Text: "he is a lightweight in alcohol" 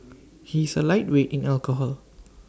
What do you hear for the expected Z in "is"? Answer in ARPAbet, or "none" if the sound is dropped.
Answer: S